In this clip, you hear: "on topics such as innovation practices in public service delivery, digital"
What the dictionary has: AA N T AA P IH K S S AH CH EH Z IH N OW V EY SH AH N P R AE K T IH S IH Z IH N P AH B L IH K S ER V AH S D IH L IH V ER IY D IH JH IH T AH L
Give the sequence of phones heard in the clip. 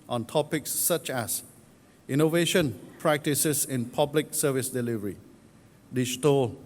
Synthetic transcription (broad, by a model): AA N T AA P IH K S S AH CH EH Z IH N OW V EY SH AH N P R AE K T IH S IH S IH N P AH B L IH K S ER V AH S D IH L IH V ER IY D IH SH T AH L